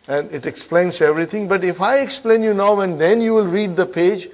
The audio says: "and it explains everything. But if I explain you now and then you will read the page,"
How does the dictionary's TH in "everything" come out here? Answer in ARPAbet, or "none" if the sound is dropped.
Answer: T